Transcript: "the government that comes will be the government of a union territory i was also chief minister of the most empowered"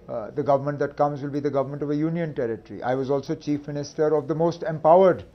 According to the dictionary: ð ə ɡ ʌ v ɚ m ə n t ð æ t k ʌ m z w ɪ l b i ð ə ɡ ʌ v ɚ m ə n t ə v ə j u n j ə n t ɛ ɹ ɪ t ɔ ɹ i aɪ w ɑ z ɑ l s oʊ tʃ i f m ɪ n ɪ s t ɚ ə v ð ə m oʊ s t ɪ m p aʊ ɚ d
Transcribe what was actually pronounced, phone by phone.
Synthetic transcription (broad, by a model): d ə ɡ ʌ v ɚ m ə n t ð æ t k ʌ m z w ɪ l b i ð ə ɡ ʌ v ɚ m ə n t ə v ə j u n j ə n t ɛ ɹ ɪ t ɹ i aɪ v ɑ z ɑ l s oʊ tʃ i f m ɪ n ɪ s t ɚ ə v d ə m oʊ s t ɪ m p aʊ ɚ d